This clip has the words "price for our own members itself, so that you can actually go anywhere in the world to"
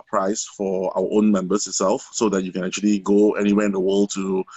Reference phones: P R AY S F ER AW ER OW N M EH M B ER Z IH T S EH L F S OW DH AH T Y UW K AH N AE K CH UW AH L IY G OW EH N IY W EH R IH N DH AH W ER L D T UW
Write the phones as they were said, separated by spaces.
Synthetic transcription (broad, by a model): P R AY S F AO AW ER OW N M EH M B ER S IH T S EH L F S OW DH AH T Y UW K AH N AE K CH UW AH L IY G OW EH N IY W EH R IH N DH AH W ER L D T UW